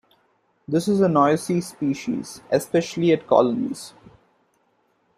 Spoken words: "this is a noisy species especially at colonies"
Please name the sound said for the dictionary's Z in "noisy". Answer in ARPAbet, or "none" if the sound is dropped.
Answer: S